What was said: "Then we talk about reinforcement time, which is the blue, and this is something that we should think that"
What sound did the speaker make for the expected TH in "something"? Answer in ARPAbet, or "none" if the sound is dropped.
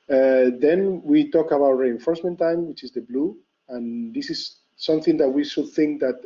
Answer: TH